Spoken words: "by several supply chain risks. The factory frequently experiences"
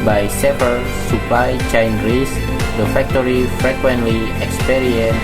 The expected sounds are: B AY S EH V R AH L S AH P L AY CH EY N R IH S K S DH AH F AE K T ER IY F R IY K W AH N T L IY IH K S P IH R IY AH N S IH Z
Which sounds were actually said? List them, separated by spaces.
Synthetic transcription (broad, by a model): B AY S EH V AH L S AH P L AY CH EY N R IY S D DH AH F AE K T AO IY F R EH K W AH N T L IY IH K S P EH R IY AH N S